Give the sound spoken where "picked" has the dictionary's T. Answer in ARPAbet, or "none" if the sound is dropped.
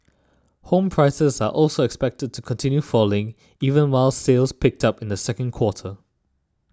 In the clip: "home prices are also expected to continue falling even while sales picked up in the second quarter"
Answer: T